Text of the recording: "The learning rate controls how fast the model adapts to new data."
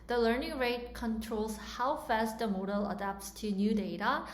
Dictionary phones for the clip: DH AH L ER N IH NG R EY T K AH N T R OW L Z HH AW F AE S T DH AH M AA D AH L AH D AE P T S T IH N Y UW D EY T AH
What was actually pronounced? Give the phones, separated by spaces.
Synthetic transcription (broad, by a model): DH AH L ER N IH NG R EY T K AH N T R OW L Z HH AW F AE S T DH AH M AA D AH L AH D AE P T S T IH N Y UW D EY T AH